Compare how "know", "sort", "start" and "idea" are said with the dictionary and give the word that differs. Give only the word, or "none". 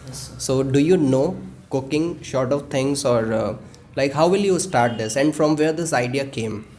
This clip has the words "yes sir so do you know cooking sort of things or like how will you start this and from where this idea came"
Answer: sort